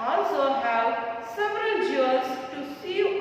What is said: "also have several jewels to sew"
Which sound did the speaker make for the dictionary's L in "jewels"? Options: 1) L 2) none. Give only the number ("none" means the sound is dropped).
2